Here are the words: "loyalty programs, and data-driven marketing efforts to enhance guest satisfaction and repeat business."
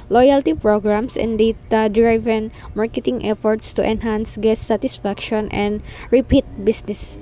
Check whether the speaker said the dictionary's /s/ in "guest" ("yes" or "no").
no